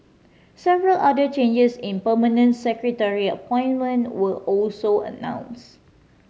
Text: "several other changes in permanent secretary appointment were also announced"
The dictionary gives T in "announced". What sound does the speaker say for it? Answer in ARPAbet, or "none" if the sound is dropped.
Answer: none